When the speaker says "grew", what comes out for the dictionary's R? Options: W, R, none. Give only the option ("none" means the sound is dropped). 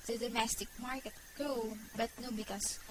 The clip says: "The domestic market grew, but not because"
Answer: none